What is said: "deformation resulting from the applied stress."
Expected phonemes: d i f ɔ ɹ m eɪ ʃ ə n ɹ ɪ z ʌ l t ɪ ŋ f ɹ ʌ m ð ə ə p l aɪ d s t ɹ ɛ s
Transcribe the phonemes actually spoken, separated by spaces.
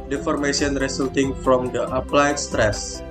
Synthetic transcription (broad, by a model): d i f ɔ ɹ m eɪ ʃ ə n ɹ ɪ s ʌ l t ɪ ŋ f ɹ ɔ m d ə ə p l aɪ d s t ɹ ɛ s